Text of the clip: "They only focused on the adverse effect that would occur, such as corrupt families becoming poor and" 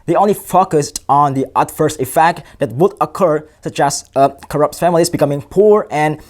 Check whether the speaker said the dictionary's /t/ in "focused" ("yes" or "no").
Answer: yes